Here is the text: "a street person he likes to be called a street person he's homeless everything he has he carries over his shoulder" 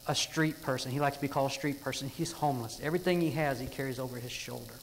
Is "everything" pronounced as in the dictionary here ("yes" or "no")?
yes